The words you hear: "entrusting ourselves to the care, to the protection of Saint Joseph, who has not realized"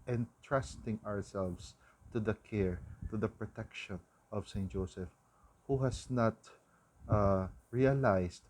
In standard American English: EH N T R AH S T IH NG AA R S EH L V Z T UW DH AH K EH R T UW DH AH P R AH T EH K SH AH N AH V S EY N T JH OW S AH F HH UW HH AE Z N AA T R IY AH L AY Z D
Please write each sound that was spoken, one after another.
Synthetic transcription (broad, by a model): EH N T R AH S T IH NG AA R S EH L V S T UW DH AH K EH R T UW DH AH P R AH T EH K SH AH N AH V S EY N T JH OW S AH F HH UW HH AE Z N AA T R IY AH L AY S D